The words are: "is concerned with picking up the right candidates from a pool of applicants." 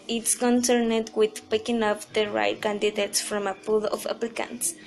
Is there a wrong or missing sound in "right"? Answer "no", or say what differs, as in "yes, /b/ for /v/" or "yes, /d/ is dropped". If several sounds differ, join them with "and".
no